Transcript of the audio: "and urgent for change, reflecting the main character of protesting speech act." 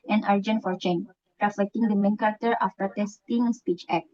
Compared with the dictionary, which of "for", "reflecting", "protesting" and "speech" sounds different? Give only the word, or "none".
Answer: protesting